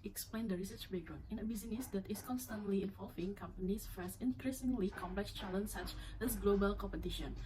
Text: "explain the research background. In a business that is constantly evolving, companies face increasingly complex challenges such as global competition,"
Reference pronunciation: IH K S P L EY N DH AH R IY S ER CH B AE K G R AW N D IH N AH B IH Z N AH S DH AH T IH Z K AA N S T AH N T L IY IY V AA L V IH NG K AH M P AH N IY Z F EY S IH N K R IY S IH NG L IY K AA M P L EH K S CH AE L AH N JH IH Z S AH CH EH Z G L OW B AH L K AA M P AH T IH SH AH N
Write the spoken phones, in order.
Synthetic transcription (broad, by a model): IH K S P L EY N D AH R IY S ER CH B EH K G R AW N IH N AH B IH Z N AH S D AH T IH S K AA N S T AH N T L IY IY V AA L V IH NG K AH M P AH N IY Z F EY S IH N K R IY S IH NG L IY K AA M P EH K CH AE L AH N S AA CH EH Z G L OW B AH L K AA M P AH T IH SH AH N